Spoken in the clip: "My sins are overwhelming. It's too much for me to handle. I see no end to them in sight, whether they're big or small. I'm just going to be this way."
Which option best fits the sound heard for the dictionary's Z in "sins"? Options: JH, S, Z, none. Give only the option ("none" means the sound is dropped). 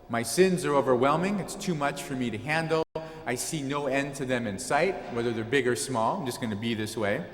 Z